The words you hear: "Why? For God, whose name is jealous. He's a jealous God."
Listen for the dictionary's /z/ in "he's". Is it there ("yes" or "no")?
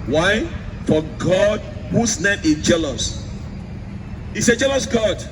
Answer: no